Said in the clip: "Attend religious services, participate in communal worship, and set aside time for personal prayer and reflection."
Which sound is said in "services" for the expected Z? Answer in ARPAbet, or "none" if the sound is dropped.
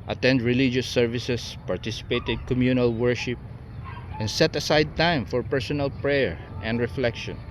S